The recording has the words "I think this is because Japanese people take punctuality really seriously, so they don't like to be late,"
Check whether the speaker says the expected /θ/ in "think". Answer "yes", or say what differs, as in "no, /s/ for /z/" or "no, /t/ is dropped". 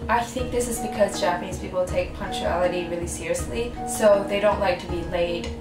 yes